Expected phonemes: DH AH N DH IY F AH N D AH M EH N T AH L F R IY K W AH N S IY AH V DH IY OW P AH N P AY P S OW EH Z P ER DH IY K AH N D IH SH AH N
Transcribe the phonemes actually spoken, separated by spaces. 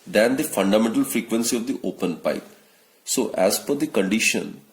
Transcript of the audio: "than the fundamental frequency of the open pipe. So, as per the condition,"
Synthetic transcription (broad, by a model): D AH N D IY F AH N D AH M EH N T AH L F R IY K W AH N S IY AH V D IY OW P AH N P AY P S OW EH Z F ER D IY K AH N D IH SH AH N